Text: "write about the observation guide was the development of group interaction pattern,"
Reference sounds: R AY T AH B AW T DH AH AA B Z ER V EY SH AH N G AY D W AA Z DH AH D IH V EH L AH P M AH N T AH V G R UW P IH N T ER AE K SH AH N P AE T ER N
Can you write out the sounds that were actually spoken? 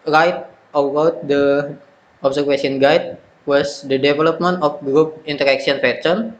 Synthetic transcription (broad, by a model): R AY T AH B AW T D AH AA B S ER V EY S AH N G AY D W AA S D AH D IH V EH L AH P M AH N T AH F G R UW P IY N T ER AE K S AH N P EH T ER N